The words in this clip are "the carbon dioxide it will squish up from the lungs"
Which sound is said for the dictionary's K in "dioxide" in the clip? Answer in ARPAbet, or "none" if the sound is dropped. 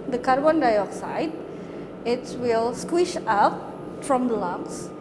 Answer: K